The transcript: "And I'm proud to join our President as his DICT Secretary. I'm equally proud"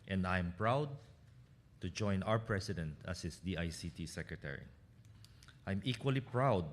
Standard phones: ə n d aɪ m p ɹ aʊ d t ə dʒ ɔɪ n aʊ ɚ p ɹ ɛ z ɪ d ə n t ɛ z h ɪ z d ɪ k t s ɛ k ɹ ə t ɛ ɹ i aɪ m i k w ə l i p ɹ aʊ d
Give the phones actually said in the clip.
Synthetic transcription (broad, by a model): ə n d aɪ m p ɹ aʊ d t ə dʒ ɔɪ n aʊ ɚ p ɹ ɛ s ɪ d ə n t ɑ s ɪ s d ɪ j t s ɛ k ɹ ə t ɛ ɹ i aɪ m i k w ə l i p ɹ aʊ d